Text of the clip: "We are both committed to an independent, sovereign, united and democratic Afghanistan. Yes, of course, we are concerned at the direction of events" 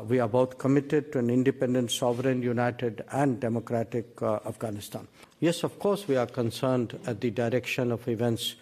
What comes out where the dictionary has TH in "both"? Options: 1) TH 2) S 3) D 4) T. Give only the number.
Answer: 4